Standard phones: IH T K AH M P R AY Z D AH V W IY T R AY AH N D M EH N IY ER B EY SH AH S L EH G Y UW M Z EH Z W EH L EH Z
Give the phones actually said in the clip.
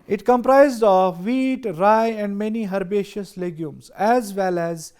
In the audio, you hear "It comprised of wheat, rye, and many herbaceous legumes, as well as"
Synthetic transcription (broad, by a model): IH T K AH M P R AY Z D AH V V IY T R AY AH N D M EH N IY ER B EY SH AH S L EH G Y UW M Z EH Z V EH L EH Z